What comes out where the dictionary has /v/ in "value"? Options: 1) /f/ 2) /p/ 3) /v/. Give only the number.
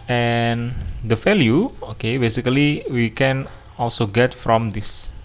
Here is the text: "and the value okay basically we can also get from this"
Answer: 1